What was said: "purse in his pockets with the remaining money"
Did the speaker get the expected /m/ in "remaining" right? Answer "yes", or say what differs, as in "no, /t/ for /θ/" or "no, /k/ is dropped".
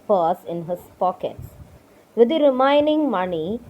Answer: no, /m/ is dropped